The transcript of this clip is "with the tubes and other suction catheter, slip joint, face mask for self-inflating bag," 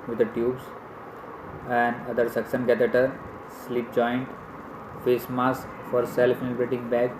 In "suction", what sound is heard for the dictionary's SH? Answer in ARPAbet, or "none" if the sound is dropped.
S